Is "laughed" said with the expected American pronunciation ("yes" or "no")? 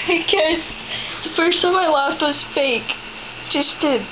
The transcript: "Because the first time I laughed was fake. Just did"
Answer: no